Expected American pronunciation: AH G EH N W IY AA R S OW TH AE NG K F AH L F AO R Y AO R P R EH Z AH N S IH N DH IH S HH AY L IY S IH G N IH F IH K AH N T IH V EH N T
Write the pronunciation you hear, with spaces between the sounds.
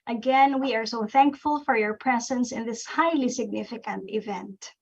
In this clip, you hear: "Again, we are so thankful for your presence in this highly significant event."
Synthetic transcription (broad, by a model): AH G EH N W IY AA R S OW TH AE NG K F AH L F AO R Y AO R P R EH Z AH N S IH N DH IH S HH AY L IY S IH G N IH F IH K AH N T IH V EH N T